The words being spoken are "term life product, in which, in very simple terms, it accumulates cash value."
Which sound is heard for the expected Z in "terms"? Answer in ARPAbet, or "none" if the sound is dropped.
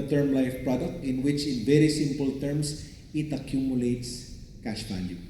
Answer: S